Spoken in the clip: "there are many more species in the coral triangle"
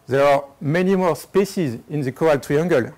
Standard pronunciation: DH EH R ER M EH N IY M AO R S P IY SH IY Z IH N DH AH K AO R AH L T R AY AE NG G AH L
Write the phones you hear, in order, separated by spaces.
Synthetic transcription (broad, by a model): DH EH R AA M EH N IY M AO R S P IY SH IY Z IH N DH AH K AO AH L T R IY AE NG G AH L